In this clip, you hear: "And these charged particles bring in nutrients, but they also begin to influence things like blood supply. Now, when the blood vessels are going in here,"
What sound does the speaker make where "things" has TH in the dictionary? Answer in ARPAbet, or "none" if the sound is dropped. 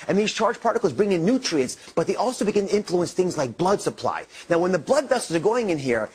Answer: TH